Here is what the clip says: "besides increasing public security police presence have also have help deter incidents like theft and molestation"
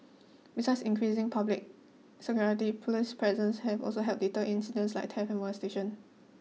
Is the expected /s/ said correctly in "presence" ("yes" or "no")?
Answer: yes